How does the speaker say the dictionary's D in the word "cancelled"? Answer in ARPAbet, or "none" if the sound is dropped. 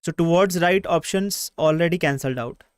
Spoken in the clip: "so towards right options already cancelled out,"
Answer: D